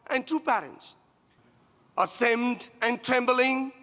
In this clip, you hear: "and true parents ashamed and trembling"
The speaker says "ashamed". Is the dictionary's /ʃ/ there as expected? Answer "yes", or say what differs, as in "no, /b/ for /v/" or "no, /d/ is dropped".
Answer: no, /s/ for /ʃ/